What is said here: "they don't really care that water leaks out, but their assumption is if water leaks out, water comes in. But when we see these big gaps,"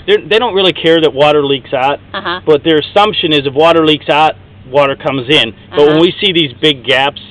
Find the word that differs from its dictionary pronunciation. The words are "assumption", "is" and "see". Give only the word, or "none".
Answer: none